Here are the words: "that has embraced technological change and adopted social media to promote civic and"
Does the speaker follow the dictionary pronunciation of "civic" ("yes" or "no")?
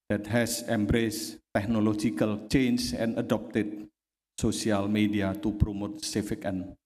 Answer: no